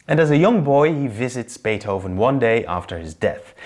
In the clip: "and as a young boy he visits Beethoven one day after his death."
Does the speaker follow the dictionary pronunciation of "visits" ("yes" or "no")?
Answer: yes